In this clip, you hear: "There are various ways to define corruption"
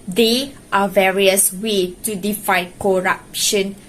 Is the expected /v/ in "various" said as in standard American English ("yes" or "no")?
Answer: yes